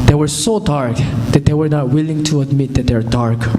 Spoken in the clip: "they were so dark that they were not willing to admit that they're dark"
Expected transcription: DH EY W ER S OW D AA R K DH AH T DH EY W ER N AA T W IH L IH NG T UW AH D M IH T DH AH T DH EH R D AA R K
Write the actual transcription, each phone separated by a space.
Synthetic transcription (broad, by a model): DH EY W ER S OW D AA R K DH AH T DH EY W ER N AA T W IH L IH NG T UW AH D M IH T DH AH T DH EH W D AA R K